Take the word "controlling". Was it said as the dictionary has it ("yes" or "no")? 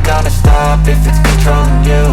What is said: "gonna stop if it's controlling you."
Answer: no